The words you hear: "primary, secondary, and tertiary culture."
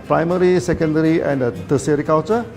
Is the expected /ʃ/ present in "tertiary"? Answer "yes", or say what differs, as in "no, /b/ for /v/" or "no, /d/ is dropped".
no, /s/ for /ʃ/